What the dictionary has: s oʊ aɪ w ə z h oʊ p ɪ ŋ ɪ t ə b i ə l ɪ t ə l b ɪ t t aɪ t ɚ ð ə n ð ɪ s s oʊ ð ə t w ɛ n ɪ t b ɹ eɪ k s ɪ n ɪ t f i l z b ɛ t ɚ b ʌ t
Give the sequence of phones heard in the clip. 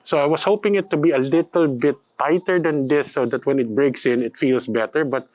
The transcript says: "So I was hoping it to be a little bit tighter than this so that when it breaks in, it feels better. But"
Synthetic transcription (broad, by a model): s oʊ aɪ w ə s h oʊ p ɪ ŋ ɪ t ə b i ə l ɪ t ə l b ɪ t t aɪ t ɚ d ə n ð ɪ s s oʊ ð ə t w ɛ n ɪ t b ɹ eɪ k s ɪ n ɪ t f i l s b ɛ t ɚ b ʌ t